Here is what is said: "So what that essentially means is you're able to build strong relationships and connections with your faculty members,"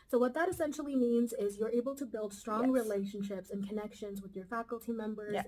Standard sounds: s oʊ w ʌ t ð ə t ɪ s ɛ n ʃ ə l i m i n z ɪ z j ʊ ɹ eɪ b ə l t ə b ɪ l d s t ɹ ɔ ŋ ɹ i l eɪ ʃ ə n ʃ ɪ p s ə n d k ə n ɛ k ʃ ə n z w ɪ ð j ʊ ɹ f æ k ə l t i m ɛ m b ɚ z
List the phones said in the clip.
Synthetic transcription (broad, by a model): s oʊ w ʌ t ð ə t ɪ s ɛ n ʃ l i m i n z ɪ z j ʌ ɹ eɪ b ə l t ə b ɪ l d s t ɹ ɔ ŋ ɹ i l eɪ ʃ ə n ʃ ɪ p s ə n k ə n ɛ k ʃ ə n z w ɪ ð j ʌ ɹ f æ k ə l t i m ɛ m b ɚ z